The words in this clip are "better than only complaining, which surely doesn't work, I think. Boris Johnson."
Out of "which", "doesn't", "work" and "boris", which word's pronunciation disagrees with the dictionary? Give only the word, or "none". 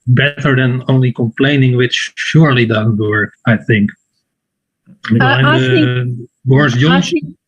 boris